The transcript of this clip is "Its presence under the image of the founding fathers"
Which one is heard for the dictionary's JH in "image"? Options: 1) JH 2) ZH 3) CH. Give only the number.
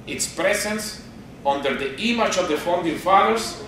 3